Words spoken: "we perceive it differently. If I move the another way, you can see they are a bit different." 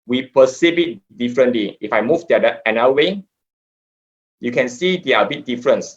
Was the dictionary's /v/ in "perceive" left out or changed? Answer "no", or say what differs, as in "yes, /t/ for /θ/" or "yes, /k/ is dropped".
yes, /b/ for /v/